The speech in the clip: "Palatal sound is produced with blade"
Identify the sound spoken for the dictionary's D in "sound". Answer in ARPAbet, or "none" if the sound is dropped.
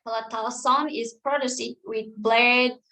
none